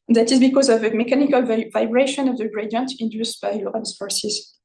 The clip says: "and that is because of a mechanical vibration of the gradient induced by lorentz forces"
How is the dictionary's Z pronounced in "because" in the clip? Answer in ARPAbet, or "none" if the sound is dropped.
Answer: Z